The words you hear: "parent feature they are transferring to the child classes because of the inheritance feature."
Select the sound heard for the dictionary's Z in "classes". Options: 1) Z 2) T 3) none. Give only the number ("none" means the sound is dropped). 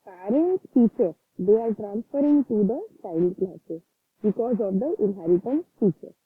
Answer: 3